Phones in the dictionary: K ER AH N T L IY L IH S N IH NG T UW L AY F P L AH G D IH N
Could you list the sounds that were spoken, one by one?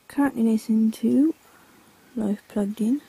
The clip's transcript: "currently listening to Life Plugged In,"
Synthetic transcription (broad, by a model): K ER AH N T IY N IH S IH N T UW L AY F P L AH G D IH N